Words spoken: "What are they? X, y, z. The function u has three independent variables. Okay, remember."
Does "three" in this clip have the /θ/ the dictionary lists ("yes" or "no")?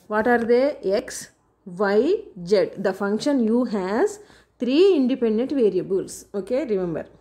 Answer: no